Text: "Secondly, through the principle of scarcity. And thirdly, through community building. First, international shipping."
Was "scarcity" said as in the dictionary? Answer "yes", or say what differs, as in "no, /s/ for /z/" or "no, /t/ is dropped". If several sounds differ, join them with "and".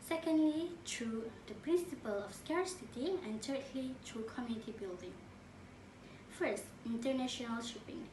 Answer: yes